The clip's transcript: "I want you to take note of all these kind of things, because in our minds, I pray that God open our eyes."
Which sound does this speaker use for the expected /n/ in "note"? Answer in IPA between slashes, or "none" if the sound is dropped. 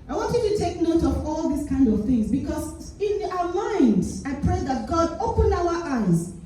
/n/